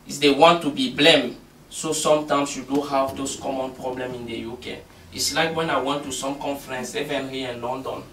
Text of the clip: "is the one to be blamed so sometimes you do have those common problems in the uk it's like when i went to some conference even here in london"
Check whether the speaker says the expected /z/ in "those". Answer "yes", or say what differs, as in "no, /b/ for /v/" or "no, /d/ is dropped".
no, /s/ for /z/